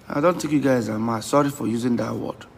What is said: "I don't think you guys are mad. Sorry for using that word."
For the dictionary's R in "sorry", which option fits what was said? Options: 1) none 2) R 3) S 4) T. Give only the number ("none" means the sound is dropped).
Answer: 2